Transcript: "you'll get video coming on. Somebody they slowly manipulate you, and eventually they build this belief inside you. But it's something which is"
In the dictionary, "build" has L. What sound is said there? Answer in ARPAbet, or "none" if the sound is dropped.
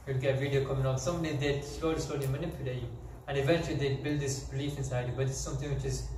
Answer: L